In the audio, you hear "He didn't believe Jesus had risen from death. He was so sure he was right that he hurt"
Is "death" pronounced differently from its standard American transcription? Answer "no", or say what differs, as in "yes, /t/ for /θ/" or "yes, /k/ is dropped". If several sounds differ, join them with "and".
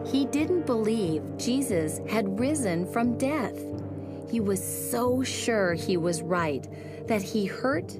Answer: no